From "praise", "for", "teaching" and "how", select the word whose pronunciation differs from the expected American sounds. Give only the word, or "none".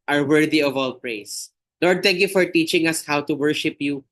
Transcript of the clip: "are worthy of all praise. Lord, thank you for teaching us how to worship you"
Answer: praise